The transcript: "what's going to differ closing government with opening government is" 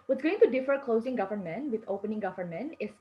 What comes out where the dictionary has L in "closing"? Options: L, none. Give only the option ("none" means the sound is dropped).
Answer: L